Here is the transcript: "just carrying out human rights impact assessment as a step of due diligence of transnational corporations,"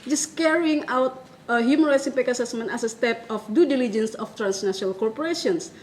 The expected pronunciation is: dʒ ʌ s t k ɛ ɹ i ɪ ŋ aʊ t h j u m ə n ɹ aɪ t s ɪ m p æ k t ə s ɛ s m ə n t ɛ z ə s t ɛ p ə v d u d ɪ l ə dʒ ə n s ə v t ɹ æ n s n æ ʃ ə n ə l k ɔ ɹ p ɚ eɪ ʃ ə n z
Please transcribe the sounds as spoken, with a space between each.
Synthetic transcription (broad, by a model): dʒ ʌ s k ɛ ɹ i ɪ ŋ aʊ t h j u m ə n ɹ aɪ t s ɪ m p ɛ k ə s ɛ s m ə n t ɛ s ə s t ɛ p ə f d u d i l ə dʒ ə n s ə f t ɹ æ n s n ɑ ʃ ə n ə l k ɔ ɹ p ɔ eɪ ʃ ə n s